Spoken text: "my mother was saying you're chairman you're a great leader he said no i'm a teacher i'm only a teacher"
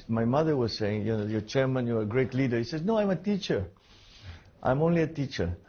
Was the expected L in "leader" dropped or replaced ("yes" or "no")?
no